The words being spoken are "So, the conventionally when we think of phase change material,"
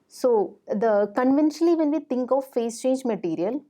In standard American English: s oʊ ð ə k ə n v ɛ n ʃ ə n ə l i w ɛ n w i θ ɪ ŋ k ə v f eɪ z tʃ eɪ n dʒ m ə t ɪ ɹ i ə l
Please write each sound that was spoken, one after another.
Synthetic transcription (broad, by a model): s oʊ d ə k ə n v ɛ n ʃ ə n ə l i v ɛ n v i t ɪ ŋ k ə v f eɪ s tʃ eɪ n dʒ m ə t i ɹ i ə l